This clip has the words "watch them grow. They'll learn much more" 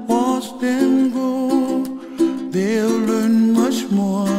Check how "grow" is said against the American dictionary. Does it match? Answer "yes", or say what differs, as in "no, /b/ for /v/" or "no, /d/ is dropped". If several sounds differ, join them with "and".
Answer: no, /ɹ/ is dropped